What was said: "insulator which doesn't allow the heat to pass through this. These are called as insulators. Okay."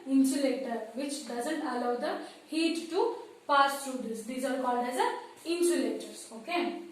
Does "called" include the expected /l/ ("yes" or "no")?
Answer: no